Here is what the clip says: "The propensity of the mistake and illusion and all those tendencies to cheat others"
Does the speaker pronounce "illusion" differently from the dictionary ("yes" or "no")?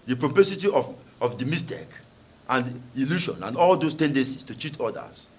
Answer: yes